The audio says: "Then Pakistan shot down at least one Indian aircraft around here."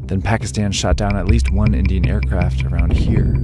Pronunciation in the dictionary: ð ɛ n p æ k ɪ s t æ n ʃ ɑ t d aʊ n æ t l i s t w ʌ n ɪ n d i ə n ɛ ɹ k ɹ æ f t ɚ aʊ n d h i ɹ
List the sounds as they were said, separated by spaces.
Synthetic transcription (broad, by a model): ð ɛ n p æ k ɪ s t æ n ʃ ɑ t d aʊ n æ t l i s t w ʌ n ɪ n d i ə n ɛ ɹ k ɹ æ f t ɚ aʊ n d h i ɹ